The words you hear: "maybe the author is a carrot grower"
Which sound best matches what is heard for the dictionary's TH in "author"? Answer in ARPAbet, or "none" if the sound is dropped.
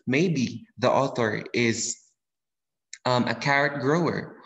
TH